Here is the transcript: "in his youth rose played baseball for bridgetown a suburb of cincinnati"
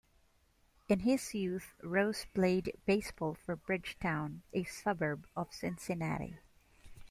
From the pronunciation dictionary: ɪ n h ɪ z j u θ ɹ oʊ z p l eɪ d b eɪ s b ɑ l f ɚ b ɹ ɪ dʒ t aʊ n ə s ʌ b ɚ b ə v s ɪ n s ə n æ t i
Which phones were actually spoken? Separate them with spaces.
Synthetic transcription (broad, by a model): ɪ n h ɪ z j u θ ɹ oʊ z p l eɪ d b eɪ s b ɑ l f ɚ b ɹ ɪ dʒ t aʊ n ə s ʌ b ɚ b ə v s ɪ n s ə n æ t i